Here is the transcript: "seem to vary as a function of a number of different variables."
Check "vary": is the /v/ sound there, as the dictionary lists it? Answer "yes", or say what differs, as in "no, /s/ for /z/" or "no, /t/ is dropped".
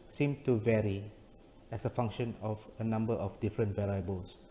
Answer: yes